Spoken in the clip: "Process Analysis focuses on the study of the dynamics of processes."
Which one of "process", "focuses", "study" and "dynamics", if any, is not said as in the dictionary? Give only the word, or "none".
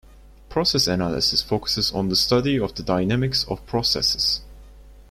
none